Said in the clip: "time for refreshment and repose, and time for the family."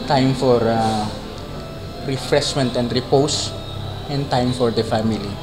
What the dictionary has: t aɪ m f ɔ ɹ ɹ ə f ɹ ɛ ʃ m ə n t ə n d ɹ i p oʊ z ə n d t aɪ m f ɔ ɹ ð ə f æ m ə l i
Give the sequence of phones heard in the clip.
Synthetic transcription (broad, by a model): t aɪ m f ɔ ɹ ɹ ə f ɹ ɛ s m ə n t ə n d ɹ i p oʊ s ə n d t aɪ m f ɔ ɹ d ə f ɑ m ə l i